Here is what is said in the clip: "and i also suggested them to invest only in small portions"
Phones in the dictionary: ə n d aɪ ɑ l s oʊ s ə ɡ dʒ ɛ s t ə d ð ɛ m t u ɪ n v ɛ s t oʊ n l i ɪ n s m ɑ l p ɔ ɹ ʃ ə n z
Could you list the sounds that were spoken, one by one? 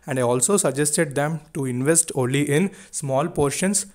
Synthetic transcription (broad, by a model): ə n d aɪ ɑ l s oʊ s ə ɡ dʒ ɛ s t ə d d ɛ m t u ɪ n v ɛ s t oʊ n l i ɪ n s m ɑ l p ɔ ɹ ʃ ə n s